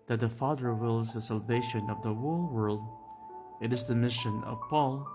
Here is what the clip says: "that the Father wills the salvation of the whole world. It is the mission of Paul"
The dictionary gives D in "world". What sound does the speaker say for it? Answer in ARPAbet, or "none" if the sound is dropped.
D